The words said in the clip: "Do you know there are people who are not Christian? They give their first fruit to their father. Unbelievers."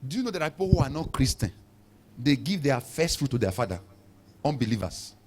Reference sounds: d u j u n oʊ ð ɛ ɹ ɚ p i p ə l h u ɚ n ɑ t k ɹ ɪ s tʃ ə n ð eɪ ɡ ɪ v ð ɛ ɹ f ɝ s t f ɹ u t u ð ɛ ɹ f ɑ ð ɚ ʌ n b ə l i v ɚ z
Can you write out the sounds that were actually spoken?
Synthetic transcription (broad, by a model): d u j u n oʊ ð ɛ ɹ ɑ p i p ə l h u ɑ n ɑ t k ɹ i s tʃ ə n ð eɪ ɡ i v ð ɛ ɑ f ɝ s t f ɹ u t u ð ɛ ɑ f ɑ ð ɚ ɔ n b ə l i v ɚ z